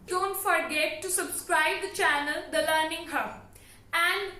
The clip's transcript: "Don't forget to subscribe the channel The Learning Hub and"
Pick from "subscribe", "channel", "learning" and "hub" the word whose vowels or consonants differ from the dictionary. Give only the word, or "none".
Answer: hub